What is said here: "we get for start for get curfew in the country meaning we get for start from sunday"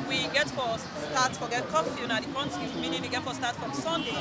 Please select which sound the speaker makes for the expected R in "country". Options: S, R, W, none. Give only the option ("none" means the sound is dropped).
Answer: none